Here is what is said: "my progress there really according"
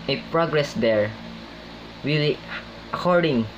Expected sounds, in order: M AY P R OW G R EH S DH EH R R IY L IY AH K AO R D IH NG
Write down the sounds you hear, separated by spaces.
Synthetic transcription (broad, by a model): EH P R OW G R EH S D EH R W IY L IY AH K AO R D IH NG